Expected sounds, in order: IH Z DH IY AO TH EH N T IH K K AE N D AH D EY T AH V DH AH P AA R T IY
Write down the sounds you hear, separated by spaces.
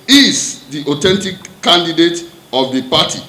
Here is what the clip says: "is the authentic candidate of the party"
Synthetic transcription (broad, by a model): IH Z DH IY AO T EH N T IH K K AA N D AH D EY T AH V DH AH P AA T IY